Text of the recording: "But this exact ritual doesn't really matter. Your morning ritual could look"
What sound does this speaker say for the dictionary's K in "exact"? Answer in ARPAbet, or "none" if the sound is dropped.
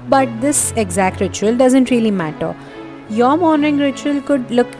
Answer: K